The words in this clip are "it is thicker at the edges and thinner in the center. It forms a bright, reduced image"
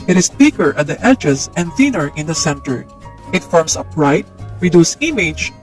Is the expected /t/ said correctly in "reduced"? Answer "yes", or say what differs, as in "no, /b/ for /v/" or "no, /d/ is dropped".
no, /t/ is dropped